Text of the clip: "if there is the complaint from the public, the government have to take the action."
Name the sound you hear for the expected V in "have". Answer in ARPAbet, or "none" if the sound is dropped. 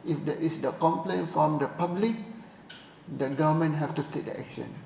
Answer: F